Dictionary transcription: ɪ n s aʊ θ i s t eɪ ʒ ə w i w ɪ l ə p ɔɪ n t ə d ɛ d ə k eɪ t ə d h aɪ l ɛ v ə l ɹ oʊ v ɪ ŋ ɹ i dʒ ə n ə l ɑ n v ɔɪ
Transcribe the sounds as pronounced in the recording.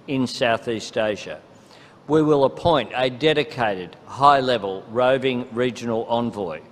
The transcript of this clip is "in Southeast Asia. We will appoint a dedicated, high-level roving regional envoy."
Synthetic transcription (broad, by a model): ɪ n s aʊ θ i s t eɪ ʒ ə w i w ɪ l ə p ɔɪ n t ə d ɛ d ə k eɪ t ə d h aɪ l ɛ v ə l ɹ oʊ v ɪ ŋ ɹ i dʒ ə n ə l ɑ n v ɔɪ